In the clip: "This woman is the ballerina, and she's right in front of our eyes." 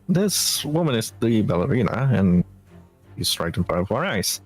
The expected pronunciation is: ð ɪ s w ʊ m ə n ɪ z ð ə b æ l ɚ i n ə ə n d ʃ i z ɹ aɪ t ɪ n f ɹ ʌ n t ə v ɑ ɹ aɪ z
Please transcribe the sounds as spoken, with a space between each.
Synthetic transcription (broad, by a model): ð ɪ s w ʊ m ə n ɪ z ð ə b æ l ɚ i n ə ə n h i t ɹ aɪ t ɪ n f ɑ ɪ t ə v ɑ ɹ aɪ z